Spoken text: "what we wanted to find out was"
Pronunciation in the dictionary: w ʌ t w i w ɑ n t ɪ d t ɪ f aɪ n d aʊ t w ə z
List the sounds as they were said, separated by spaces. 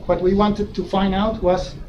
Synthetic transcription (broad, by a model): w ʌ t w i w ɑ n t ɪ d t ɪ f aɪ n d aʊ t w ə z